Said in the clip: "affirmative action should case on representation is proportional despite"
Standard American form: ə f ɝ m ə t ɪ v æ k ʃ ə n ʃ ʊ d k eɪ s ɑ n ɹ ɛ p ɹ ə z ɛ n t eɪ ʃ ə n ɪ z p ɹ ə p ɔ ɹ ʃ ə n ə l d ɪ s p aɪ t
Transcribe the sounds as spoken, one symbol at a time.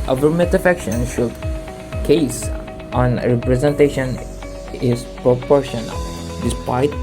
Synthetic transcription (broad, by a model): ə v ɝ m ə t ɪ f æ k ʃ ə n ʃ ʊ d k eɪ s ɑ n ɹ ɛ p ɹ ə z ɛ n t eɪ ʃ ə n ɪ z p ɹ ə p ɔ ɹ ʃ ə n ə l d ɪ s p aɪ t